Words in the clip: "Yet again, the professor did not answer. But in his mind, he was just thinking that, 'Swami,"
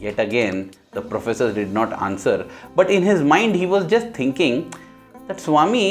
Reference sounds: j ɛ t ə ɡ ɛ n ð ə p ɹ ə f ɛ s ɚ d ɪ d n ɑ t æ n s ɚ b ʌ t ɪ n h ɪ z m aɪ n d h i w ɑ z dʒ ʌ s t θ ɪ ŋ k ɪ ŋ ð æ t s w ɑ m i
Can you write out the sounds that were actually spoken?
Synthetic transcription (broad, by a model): j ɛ t ə ɡ ɛ n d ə p ɹ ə f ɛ s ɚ d ɪ d n ɑ t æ n s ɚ b ʌ t ɪ n h ɪ z m aɪ n d h i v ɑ z dʒ ʌ s t t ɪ ŋ k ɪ ŋ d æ t s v ɑ m i